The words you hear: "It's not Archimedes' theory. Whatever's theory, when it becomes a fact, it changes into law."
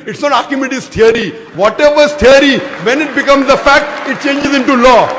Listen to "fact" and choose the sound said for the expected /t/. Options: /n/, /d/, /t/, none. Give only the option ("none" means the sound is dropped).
/t/